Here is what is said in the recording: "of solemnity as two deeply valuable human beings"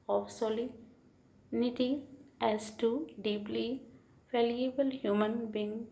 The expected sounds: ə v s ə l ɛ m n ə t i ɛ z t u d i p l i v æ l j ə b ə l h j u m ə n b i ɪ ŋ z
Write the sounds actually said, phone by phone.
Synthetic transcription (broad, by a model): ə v s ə l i n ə t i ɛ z t u d i p l i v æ l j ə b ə l h j u m ə n b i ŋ